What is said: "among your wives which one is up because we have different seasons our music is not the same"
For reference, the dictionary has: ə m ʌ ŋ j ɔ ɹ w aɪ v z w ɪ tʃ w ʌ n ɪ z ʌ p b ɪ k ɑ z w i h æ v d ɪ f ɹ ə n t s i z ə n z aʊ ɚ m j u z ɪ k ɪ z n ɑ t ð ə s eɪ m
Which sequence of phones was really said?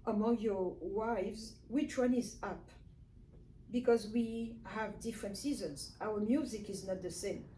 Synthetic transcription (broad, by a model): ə m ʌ ŋ j ɔ ɹ w aɪ v z w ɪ tʃ w ʌ n ɪ z ʌ p b ɪ k ɑ z w i h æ v d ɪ f ɹ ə n t s i z ə n z aʊ ɚ m j u z ɪ k ɪ z n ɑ t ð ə s eɪ m